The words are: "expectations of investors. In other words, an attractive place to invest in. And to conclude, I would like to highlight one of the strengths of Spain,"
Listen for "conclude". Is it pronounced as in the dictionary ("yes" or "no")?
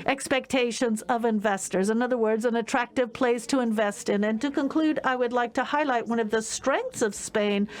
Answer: yes